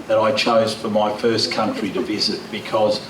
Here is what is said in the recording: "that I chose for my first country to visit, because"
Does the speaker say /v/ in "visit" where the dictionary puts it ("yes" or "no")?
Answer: yes